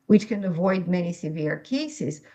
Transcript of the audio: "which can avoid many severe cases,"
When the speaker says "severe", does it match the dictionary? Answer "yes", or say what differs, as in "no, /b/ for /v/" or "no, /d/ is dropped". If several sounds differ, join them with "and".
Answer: yes